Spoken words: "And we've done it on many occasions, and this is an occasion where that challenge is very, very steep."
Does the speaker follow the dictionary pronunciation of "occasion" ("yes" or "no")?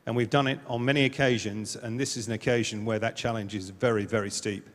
yes